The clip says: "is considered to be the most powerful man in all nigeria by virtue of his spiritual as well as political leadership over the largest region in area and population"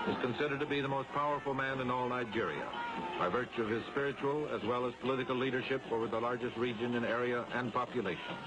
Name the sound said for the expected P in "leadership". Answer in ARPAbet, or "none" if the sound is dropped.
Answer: P